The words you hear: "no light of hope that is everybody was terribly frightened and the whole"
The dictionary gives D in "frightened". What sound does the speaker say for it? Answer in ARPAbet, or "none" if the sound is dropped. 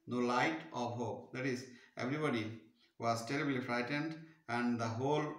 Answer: D